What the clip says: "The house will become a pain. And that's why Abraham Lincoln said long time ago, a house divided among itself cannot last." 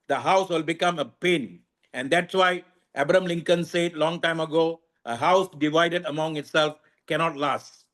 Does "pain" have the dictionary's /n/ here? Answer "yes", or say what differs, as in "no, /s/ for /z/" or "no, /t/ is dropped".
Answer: yes